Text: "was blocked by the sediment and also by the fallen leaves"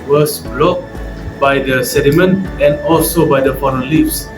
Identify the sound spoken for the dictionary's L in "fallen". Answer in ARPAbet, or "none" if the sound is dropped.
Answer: N